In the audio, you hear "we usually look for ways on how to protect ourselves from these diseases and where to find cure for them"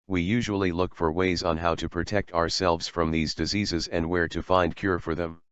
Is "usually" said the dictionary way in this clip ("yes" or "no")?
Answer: yes